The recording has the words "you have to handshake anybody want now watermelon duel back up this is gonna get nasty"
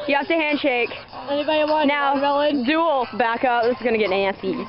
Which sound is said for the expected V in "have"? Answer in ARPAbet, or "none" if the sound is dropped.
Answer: F